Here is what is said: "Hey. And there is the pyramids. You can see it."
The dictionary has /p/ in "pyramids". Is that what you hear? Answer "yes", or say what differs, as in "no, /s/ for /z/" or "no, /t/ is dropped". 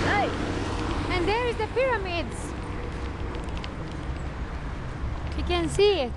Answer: yes